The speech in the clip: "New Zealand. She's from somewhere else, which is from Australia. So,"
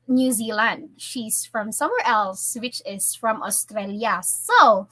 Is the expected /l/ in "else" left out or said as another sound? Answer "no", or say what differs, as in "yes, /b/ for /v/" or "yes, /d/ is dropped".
no